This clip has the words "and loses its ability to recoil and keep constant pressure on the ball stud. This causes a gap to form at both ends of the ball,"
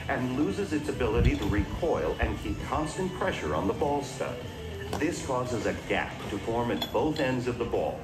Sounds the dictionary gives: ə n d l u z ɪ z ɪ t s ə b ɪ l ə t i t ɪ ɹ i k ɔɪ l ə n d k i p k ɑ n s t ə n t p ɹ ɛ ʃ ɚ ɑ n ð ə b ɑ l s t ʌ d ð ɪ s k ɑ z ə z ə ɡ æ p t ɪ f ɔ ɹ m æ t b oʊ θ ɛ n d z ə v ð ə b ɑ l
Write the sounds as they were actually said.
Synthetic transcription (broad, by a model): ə n l u z ɪ z ɪ t s ə b ɪ l ə t i t ɪ ɹ i k ɔɪ l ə n k i p k ɑ n s t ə n p ɹ ɛ ʃ ɚ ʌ n ð ə b ɑ l s t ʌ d ð ɪ s k ɑ z ə z ə ɡ æ p t ɪ f ɔ ɹ m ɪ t b oʊ θ ɛ n d z ə v ð ə b ɑ l